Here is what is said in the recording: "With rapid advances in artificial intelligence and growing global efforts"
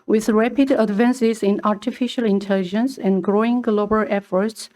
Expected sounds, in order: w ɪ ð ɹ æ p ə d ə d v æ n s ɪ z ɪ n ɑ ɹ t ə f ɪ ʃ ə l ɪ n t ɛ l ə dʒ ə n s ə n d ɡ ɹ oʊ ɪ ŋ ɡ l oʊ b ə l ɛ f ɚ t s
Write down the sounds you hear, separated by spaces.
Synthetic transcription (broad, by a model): w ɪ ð ɹ æ p ə d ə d v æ n s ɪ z ɪ n ɑ ɹ t ə f ɪ ʃ ə l ɪ n t ɛ l ə dʒ ə n s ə n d ɡ ɹ oʊ ɪ ŋ ɡ l oʊ b ə l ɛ f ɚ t s